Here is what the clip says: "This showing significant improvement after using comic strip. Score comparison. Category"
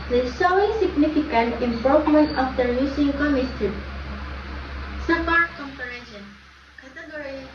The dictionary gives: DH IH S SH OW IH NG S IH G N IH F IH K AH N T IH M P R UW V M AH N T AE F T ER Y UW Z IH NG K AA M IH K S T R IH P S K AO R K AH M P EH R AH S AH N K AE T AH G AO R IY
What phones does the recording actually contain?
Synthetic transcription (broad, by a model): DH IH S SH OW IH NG S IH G N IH F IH K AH N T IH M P R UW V M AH N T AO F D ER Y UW S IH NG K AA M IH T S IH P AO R K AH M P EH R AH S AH N K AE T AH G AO R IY